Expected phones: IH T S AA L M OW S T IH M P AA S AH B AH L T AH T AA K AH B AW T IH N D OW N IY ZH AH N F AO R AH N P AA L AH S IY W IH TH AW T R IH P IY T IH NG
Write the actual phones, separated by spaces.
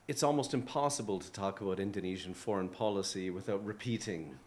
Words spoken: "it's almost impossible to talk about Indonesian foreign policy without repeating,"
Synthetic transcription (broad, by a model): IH T S AA L M OW S T IH M P AA S AH B AH L T AH T AA K AH B AW T IH N D OW N IY ZH AH N F AO R AH N P AA L AH S IY W IH TH AW T R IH P IY T IH NG